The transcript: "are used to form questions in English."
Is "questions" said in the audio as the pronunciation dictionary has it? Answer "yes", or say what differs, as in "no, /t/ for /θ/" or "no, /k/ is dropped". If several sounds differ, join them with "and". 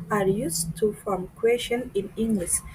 no, /z/ is dropped